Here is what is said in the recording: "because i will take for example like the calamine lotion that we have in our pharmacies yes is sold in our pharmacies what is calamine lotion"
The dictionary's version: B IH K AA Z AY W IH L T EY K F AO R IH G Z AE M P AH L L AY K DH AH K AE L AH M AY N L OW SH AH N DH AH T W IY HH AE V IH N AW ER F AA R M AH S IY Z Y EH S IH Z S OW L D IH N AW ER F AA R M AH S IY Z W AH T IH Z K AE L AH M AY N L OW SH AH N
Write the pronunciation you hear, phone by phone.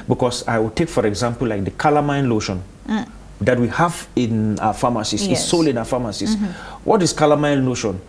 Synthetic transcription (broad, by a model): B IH K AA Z AY W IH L T EY K F AO R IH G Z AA M P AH L L AY K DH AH K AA L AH M AY N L OW SH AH N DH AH T W IY HH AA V IH N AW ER F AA M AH S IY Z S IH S OW L IH N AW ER F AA M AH S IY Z W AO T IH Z K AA L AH M AY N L OW SH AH N